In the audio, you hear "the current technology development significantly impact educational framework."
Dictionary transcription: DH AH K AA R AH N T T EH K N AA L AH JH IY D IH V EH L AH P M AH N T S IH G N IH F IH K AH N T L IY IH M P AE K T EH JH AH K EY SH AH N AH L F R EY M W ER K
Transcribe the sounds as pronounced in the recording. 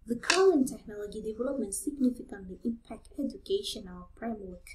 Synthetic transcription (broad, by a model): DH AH K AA L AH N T T EH K N AA L AH JH IY D IH V EH L AH P M AH N T S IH G N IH F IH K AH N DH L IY IH M P AE K T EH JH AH K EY SH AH N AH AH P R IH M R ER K